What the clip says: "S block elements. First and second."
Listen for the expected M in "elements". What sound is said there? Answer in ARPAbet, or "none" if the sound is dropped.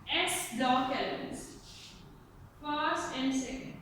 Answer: none